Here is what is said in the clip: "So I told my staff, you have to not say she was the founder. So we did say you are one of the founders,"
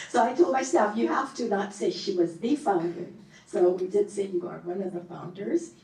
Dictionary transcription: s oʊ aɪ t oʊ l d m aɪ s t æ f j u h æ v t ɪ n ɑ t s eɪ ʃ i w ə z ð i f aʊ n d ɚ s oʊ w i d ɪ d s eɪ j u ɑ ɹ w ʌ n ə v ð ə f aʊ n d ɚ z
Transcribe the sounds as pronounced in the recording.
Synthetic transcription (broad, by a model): s oʊ aɪ t oʊ l d m aɪ s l f j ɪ h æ f t ɪ n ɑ t s eɪ ʃ i w ə z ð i f aʊ n d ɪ s oʊ w i d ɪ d s eɪ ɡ ɑ ɹ w ʌ n ə v ð ə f aʊ n d ɚ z